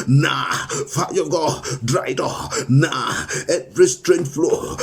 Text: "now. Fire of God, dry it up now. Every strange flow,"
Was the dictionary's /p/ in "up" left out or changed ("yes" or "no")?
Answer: yes